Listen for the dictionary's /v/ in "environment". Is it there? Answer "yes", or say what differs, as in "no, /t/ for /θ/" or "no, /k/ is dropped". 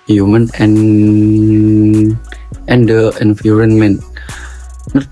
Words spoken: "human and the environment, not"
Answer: no, /f/ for /v/